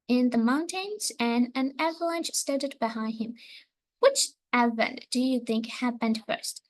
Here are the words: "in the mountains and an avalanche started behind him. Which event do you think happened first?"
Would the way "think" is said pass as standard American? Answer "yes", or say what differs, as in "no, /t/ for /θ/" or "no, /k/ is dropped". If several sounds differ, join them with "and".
yes